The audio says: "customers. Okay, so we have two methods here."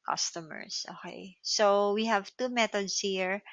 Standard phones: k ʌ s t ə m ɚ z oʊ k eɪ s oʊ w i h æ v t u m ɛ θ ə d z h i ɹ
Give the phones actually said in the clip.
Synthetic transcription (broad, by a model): k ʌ s t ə m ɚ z oʊ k eɪ s oʊ w i h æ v t u m ɛ t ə d s h i ɹ